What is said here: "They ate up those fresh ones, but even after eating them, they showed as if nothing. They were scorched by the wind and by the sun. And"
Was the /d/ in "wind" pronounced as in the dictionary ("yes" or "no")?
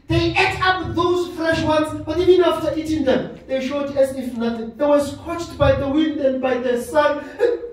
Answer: yes